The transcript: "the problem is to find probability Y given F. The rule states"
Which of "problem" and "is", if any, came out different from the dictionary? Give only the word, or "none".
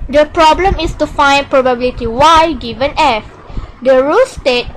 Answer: is